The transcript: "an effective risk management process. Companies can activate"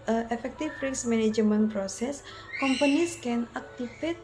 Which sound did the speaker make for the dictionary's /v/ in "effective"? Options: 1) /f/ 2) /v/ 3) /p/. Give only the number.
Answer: 1